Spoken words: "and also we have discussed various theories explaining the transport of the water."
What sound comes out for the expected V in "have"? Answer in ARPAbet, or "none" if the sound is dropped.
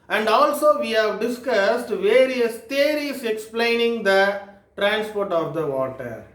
V